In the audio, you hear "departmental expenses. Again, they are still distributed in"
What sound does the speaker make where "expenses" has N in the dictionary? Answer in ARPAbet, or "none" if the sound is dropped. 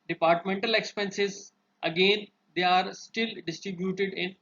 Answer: N